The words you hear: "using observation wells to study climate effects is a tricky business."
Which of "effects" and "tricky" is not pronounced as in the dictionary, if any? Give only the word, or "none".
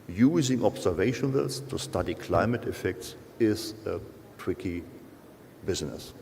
tricky